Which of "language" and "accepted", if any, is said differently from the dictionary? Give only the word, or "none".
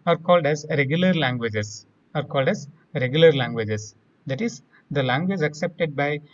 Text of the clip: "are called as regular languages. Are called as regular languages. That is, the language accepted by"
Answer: none